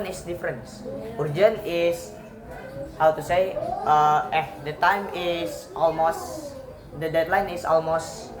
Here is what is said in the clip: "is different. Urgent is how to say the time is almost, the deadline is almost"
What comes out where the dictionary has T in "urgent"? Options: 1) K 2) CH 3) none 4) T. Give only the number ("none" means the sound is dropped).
3